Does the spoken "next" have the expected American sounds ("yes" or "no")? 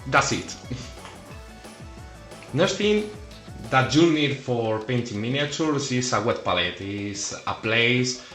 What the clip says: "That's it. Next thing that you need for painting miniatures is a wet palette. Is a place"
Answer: no